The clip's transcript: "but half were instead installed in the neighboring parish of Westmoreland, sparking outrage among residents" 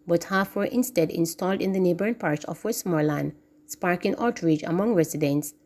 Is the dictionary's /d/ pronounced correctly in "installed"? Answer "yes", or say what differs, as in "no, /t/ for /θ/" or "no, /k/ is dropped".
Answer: yes